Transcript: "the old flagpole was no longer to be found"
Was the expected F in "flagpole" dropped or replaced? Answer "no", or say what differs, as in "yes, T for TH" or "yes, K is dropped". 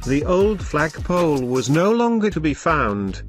no